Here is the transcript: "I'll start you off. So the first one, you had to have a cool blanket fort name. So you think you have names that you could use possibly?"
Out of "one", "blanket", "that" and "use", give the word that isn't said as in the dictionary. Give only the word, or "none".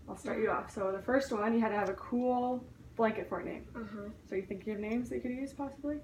none